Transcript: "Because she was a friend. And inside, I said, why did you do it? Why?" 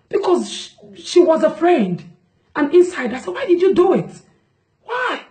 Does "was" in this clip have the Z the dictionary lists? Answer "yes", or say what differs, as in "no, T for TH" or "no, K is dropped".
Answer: yes